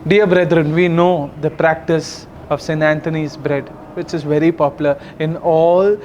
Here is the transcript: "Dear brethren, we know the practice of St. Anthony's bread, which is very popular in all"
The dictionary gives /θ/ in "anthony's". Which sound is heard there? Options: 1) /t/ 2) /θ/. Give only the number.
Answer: 1